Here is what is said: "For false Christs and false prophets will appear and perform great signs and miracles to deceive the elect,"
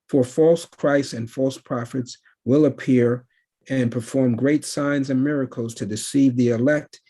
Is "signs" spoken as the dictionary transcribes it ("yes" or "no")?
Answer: yes